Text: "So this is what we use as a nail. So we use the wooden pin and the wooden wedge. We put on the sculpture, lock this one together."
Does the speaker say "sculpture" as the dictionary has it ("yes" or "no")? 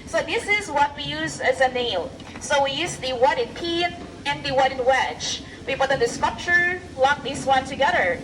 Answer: no